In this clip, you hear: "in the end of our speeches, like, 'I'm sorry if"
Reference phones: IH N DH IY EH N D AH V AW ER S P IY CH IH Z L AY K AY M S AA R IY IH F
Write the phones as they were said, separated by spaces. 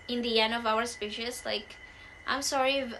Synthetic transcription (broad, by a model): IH N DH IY EH N D AH V AW ER S P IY SH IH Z L AY K AY M S AA R IY